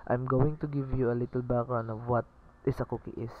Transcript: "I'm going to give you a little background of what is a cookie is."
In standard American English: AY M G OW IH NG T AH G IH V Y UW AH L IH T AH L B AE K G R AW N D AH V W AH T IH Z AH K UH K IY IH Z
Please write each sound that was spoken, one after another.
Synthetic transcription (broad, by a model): AY M G OW IH NG T AH G IH V Y UW AH L IH T AH L B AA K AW N AH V W AH T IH S AH K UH K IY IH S